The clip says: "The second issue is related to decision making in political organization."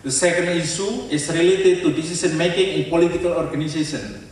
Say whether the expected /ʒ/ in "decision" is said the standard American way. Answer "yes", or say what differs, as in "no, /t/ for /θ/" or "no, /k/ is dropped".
no, /s/ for /ʒ/